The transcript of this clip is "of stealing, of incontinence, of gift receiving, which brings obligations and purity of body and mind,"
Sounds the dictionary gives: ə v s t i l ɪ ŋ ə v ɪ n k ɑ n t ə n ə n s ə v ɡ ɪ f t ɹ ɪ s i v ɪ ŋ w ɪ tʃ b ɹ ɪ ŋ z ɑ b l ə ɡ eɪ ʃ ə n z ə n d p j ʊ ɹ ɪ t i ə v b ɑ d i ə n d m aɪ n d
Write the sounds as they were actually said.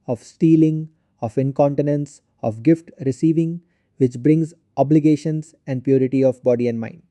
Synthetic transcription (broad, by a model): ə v s t i l ɪ ŋ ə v ɪ n k ɑ n t ə n ə n s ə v ɡ ɪ f t ɹ ɪ s i v ɪ ŋ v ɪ tʃ b ɹ ɪ ŋ z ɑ b l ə ɡ eɪ ʃ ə n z ə n d p j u ɹ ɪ t i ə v b ɑ d i ə n d m aɪ n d